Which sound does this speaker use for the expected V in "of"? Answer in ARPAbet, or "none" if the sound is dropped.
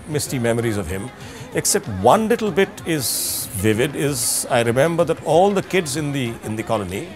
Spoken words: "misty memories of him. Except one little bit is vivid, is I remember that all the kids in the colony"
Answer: V